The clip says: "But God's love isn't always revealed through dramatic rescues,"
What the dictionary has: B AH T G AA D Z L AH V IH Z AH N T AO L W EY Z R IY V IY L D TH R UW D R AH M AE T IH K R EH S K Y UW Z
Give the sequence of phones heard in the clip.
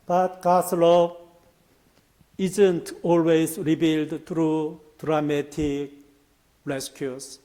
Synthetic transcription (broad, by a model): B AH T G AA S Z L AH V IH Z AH N T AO L W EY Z R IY B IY L D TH R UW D R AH M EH T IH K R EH S K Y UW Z